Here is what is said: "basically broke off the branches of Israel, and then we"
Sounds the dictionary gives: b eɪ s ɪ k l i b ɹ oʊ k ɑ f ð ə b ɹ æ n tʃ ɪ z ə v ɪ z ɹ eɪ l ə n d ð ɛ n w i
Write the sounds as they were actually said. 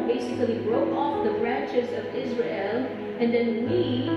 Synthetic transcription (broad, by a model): b eɪ s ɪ k l i b ɹ oʊ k ɑ f ð ə b ɹ æ n tʃ ɪ z ə v ɪ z ɹ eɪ l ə n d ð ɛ n w i